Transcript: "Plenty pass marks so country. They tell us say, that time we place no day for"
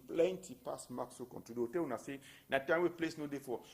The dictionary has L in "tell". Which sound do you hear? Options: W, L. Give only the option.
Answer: W